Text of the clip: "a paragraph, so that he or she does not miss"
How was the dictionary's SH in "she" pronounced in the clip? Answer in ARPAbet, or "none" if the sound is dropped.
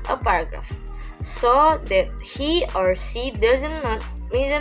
S